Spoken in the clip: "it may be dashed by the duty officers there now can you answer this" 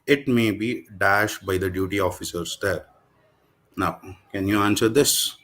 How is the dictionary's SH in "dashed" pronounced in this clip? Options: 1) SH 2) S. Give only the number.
1